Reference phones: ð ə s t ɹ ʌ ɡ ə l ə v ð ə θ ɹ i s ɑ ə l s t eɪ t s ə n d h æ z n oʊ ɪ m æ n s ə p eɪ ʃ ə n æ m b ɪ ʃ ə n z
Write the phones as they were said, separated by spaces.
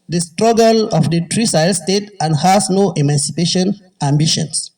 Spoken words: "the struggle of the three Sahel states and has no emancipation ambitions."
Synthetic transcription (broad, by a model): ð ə s t ɹ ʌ ɡ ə l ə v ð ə t ɹ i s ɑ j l s t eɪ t ə n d h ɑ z n oʊ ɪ m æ n s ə p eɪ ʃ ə n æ m b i ʃ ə n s